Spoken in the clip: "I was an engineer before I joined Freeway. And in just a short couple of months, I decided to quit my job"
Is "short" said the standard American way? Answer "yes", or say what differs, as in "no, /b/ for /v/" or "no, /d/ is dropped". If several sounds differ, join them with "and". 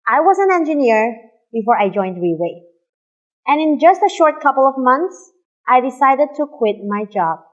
yes